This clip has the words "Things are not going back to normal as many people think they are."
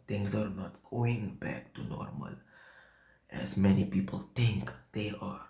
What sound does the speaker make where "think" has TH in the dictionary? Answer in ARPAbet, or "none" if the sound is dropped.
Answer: T